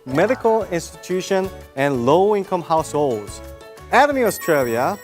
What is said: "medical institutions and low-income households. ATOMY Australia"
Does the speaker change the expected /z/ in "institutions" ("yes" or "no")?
yes